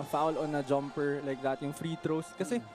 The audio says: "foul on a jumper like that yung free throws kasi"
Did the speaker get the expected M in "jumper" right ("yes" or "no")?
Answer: yes